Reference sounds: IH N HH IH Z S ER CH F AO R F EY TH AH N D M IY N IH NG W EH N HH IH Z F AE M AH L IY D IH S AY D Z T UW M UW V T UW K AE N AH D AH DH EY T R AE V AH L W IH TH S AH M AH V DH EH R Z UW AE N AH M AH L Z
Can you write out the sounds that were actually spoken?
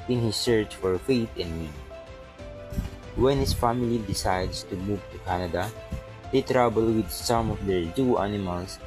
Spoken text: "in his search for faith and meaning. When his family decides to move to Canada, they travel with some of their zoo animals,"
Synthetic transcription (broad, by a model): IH N HH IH S ER CH F AO R F EY T AH N D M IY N W EH N HH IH S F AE M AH L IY D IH S AY D S T UW M UW V T UW K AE N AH D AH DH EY T R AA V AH L W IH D S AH M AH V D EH R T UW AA N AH M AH L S